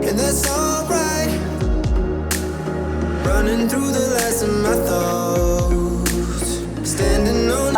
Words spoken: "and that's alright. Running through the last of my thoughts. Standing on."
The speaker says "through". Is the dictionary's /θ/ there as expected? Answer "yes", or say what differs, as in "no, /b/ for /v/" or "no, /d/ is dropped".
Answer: yes